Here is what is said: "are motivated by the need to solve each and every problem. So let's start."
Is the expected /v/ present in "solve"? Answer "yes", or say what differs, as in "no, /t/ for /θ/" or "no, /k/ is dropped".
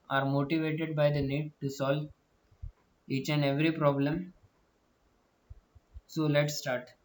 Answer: yes